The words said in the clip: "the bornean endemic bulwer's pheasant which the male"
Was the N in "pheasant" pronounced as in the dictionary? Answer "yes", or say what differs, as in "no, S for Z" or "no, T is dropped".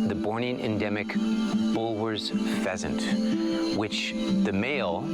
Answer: yes